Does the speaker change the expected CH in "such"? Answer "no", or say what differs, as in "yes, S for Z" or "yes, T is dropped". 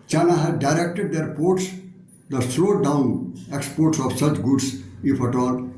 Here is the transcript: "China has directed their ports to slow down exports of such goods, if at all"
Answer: no